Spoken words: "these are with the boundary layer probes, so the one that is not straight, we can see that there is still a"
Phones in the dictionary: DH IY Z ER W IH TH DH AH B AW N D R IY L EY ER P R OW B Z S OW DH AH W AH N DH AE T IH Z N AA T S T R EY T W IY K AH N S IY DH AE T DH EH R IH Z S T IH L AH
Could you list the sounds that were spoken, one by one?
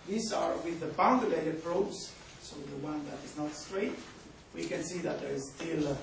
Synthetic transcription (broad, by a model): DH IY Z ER W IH DH AH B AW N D IY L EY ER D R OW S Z S OW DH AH W AH N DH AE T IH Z N AA T S T R EY T W IY K AH N S IY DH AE T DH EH R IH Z S T IH L